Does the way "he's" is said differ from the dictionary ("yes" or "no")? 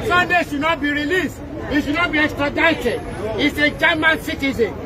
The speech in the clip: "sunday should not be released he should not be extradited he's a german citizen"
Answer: yes